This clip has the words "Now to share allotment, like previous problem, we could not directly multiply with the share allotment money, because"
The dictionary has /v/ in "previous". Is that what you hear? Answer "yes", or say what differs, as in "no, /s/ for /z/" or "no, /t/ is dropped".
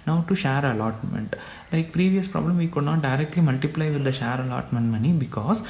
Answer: yes